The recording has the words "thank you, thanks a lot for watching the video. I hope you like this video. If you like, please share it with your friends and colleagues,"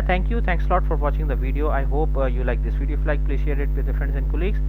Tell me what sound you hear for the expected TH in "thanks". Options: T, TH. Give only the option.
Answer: T